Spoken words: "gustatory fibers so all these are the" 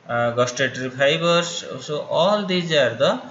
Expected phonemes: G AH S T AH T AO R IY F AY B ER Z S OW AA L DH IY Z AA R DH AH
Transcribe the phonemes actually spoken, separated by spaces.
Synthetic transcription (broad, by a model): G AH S T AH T R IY P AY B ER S S OW AA L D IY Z AA R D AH